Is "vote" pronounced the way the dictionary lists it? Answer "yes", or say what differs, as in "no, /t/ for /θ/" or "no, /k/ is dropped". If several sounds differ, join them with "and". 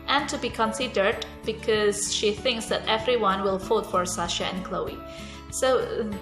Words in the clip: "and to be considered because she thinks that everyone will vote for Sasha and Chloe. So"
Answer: no, /f/ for /v/